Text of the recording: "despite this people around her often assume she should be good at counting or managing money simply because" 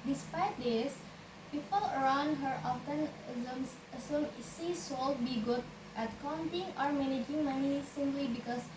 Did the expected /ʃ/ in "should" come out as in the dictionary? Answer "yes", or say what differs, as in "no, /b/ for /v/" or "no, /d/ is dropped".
no, /s/ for /ʃ/